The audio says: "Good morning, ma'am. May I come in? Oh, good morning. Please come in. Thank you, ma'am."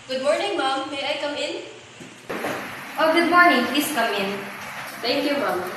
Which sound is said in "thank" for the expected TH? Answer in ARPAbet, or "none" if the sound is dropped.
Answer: T